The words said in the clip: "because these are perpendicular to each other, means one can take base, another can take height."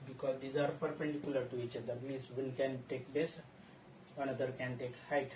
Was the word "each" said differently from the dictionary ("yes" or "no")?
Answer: no